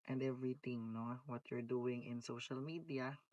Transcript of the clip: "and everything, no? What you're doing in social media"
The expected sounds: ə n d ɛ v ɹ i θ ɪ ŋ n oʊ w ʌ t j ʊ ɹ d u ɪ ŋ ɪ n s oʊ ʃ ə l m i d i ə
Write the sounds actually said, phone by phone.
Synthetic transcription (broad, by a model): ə n d ɛ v ɹ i t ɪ ŋ n oʊ w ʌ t j ʊ ɹ d u ɪ ŋ ɪ n s oʊ ʃ ə l m i d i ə